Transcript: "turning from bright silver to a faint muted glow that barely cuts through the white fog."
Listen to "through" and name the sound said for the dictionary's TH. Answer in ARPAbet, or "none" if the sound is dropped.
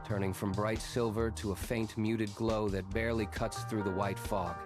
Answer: TH